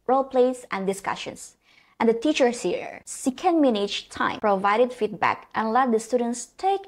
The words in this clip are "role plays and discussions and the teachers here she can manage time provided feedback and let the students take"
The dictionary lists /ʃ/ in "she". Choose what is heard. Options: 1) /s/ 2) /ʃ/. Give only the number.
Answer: 1